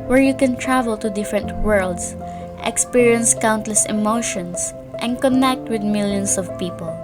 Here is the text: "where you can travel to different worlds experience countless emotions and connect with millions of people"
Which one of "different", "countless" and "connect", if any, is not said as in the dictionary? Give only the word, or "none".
none